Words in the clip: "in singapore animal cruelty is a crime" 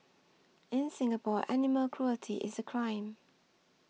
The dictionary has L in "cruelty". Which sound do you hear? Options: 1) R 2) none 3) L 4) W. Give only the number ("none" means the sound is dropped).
3